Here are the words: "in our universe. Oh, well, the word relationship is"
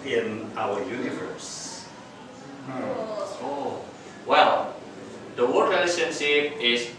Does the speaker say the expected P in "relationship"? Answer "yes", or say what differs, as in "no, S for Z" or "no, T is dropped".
no, P is dropped